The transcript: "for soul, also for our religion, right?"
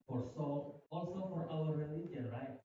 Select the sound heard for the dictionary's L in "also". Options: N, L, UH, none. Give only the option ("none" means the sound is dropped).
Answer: L